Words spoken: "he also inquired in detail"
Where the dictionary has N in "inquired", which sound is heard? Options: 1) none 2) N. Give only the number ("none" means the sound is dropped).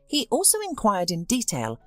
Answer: 2